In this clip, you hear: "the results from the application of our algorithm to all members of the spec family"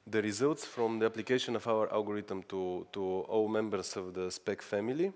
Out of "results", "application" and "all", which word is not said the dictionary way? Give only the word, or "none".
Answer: none